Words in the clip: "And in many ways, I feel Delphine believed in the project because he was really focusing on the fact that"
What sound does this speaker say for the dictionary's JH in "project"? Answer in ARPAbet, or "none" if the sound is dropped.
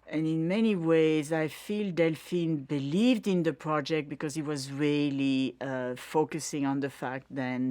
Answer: JH